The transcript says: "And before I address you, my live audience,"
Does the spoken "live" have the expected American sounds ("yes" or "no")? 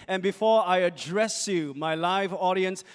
yes